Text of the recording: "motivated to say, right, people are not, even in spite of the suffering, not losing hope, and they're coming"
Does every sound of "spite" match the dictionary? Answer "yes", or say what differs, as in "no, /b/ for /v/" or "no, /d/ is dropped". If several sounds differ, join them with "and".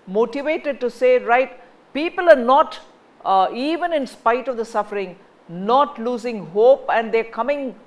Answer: yes